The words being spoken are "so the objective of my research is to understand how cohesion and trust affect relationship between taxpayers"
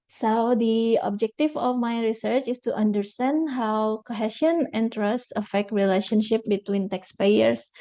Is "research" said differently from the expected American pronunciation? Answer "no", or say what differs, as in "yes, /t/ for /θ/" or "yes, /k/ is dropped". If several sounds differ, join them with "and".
no